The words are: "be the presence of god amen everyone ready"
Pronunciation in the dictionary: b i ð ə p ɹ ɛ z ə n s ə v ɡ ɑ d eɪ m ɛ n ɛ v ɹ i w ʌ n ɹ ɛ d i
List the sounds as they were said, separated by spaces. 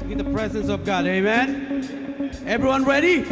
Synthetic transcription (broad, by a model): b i ð ə p ɹ ɛ z ə n s ə v ɡ ɑ d eɪ m ɛ n ɛ v ɹ i w ʌ n ɹ ɛ d i